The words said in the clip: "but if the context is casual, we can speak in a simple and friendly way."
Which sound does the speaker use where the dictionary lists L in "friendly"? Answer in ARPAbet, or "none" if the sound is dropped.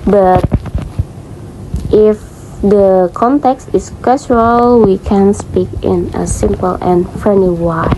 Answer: none